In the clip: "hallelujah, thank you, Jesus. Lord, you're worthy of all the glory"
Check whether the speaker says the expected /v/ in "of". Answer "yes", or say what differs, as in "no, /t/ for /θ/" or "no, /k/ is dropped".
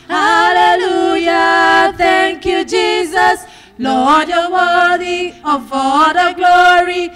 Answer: no, /f/ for /v/